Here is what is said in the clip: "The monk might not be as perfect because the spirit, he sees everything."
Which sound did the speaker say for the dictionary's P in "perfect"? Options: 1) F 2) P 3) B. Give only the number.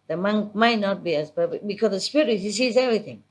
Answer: 3